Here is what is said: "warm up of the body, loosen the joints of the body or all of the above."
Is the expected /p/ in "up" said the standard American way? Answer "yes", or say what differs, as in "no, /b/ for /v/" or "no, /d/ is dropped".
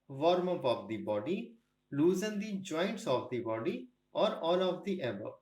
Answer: no, /b/ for /p/